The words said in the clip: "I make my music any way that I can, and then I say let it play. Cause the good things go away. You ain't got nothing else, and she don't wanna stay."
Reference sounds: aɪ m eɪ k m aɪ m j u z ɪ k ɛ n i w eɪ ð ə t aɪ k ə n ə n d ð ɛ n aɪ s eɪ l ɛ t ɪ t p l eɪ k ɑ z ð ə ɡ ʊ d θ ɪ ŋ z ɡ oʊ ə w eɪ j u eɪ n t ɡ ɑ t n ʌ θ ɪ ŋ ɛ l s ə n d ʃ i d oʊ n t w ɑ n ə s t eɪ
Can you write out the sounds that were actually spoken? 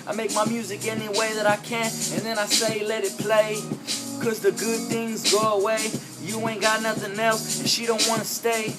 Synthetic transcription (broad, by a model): aɪ m eɪ k m aɪ m j u z ɪ k ɛ n i w eɪ ð ə t aɪ k ə n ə n ð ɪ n aɪ s eɪ l ɛ t ɪ t p l eɪ k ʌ z ð ə ɡ ʊ d θ ɪ ŋ z ɡ oʊ ə w eɪ j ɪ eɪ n ɡ ɑ t n ʌ θ ɪ ŋ ɛ l s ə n ʃ i d oʊ n t w ɑ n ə s t eɪ